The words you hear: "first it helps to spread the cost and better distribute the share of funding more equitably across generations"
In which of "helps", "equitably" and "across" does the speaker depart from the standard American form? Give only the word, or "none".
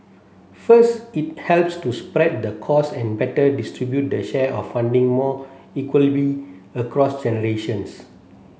equitably